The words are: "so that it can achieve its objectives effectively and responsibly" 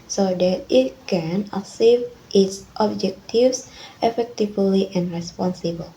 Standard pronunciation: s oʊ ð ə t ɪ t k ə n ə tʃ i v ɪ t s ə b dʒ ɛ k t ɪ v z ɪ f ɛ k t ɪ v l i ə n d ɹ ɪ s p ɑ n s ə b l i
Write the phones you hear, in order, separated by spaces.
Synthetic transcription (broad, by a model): s oʊ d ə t ɪ t k ə n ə s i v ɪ t s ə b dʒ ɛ k t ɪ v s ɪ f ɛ k t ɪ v l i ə n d ɹ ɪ s p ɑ n s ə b l